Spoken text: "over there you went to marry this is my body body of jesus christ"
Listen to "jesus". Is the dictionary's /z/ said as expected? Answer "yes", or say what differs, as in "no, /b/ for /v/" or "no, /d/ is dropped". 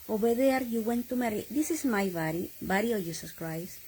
no, /s/ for /z/